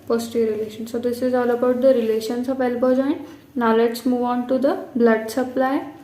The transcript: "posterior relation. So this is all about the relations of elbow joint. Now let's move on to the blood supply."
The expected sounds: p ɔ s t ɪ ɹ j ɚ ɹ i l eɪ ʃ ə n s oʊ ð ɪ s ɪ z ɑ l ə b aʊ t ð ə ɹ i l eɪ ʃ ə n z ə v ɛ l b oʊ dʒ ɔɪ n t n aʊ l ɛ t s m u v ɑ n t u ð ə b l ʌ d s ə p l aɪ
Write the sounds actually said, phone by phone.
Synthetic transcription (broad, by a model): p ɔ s t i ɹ ɹ i l eɪ ʃ ə n s oʊ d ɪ s ɪ z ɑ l ə b aʊ t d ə ɹ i l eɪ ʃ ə n s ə p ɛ l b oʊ dʒ ɔɪ n t n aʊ l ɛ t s m u v ɑ n t u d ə b l ʌ d s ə p l aɪ